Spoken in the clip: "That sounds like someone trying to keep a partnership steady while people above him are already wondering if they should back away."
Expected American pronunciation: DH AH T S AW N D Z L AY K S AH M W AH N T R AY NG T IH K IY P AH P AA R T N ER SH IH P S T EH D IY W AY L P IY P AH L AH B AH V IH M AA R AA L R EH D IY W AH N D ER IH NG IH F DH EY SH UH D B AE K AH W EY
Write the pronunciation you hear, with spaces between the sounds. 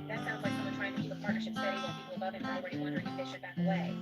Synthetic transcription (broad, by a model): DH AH T S AW N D Z L AY K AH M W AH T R AY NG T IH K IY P AH P AA R T N ER SH IH P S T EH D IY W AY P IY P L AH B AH IH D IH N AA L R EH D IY W AH N D ER IH NG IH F DH EY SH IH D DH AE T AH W EY